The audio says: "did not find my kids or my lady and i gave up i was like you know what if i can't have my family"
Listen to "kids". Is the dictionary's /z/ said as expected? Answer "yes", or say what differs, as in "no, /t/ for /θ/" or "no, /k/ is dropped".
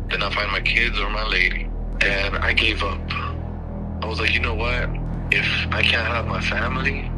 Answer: yes